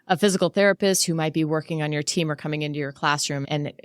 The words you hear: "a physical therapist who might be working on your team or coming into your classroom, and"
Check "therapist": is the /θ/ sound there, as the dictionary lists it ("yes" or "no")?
yes